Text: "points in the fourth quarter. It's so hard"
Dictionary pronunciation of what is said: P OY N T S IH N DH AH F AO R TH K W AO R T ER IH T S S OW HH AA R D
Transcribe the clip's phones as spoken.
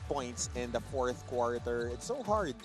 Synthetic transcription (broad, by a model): P OY N T S IH N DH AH F AO R TH K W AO R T ER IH T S S OW HH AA R D